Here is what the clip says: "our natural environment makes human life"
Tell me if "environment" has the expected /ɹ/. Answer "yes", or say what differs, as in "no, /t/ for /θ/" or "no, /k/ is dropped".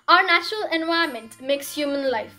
no, /ɹ/ is dropped